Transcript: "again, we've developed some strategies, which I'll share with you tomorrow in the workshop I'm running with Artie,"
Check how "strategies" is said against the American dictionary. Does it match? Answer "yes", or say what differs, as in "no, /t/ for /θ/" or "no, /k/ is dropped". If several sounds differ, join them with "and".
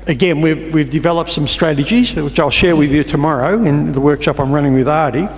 yes